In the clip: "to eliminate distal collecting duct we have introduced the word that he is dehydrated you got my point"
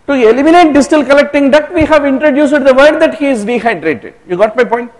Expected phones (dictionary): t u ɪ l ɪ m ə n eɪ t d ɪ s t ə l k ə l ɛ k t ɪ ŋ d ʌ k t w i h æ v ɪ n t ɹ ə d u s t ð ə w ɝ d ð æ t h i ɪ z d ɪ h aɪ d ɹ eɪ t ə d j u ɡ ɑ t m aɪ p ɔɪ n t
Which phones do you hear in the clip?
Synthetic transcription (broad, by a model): t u ɪ l ɪ m ə n eɪ t d ɪ s t ə l k ə l ɛ k t ɪ ŋ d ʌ t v i h æ v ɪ n t ɹ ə d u s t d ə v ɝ d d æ t h i ɪ z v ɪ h aɪ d ɹ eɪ t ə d j u ɡ ɑ t m aɪ p ɔɪ n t